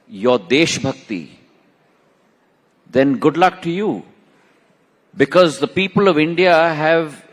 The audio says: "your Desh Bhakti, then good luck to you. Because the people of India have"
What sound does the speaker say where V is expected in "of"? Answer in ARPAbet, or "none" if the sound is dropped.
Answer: V